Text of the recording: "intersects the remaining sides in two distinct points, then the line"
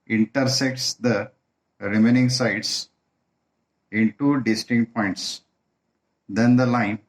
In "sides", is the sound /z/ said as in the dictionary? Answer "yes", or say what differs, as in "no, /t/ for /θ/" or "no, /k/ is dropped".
no, /s/ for /z/